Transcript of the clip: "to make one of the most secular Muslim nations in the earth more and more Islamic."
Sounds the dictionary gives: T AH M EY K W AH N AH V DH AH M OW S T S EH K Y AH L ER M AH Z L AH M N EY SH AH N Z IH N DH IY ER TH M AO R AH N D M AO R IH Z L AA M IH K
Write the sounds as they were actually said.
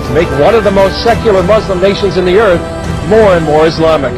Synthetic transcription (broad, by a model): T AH M EY K W AH N AH V DH AH M OW S T S EH K Y L ER M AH Z L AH M N EY SH AH N Z IH N DH IY ER TH M AO R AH N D M AO R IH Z L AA M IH K